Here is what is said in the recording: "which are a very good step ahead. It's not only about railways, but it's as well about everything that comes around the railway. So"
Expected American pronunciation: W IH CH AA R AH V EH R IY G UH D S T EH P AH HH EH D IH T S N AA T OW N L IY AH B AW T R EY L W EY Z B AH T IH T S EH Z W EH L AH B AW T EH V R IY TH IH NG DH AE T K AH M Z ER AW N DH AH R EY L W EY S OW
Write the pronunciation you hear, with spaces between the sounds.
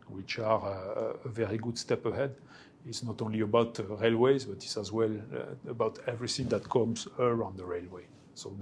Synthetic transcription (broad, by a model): W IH CH AA R AH V EH R IY G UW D S T EH P AH HH EH D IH T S N AA T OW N L IY AH B AW T R EY L W EY Z B AH T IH T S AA Z W EH L AH B AW T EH V R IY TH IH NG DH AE T K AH M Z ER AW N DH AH R EY L W EY S OW